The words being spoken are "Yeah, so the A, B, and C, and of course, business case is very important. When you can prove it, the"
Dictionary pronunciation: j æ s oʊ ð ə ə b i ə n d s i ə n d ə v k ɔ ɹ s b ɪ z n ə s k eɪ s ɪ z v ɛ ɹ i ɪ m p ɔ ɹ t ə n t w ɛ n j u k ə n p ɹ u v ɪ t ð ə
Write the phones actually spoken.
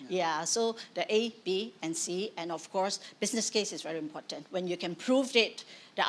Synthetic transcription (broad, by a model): j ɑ s oʊ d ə ə b i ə n s i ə n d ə f k ɔ ɹ s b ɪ s n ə s k eɪ s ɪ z v ɛ ɹ i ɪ m p ɔ t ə n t w ɛ n j u k ə n p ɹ u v ɪ t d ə